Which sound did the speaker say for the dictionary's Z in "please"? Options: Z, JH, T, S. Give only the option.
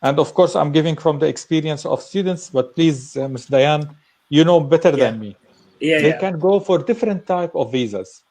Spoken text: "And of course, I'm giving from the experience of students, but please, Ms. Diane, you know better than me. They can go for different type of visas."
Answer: Z